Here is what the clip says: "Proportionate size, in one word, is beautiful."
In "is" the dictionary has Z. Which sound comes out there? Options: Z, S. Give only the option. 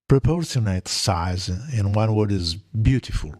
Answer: Z